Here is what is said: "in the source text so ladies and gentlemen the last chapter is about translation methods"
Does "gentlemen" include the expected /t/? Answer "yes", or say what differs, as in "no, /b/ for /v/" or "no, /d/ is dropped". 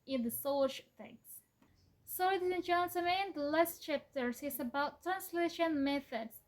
no, /s/ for /t/